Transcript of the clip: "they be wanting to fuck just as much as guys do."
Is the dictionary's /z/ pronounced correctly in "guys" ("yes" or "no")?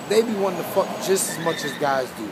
yes